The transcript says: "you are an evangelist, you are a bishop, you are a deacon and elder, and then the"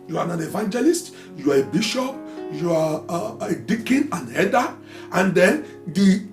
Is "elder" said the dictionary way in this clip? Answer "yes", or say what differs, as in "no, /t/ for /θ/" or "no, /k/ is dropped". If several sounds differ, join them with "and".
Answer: no, /l/ is dropped